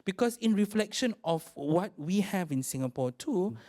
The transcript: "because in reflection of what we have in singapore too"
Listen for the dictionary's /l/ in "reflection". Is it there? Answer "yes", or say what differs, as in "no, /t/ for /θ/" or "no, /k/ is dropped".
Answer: yes